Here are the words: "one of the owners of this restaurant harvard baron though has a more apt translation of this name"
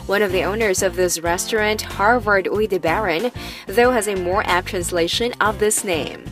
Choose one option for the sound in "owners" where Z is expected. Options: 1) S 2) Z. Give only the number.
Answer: 2